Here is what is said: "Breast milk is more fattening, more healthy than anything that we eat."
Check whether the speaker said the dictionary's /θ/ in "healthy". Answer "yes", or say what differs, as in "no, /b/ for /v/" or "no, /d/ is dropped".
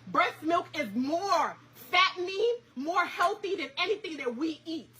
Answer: yes